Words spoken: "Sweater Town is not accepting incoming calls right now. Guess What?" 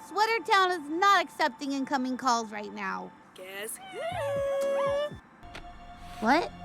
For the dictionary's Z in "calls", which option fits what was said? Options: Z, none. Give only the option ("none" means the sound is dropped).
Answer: Z